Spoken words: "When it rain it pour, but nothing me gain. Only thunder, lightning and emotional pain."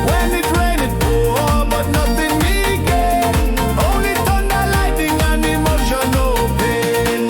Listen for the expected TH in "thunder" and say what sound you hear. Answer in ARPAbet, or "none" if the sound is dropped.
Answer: T